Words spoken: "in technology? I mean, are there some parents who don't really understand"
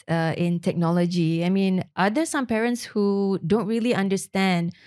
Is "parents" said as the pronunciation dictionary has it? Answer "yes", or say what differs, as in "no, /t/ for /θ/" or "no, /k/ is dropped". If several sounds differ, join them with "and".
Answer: yes